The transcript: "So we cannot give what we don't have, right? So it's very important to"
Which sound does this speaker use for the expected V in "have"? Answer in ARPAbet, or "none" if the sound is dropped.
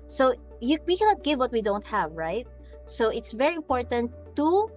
V